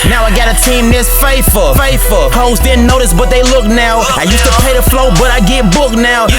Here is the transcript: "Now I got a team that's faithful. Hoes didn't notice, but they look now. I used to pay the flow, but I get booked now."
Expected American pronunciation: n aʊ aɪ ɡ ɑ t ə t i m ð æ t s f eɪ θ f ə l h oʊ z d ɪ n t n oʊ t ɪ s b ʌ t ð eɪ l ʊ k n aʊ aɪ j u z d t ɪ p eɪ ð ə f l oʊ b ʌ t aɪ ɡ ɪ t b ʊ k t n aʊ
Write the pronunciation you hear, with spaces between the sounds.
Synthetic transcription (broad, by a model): n aʊ aɪ ɡ ɑ t ə t i m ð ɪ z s f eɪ f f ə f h oʊ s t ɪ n n oʊ t ɪ s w ʌ t ð eɪ l ʊ k n aʊ aɪ j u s t ɪ p eɪ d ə f l oʊ b ʌ t aɪ ɡ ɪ b ʊ k n aʊ